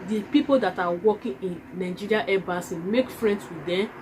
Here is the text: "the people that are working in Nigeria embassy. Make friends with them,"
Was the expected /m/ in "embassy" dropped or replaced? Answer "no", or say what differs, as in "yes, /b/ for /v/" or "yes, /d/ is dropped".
yes, /m/ is dropped